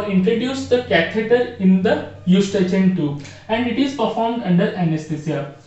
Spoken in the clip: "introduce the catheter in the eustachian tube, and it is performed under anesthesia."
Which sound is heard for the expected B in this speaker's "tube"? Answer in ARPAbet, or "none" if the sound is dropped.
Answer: none